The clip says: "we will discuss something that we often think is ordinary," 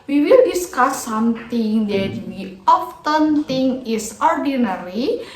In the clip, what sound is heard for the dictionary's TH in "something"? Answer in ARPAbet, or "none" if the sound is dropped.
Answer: T